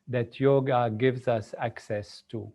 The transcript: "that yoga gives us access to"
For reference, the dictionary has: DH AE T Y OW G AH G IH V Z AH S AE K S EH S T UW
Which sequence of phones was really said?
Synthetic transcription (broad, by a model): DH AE T Y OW G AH G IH V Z AH S AE K S EH S T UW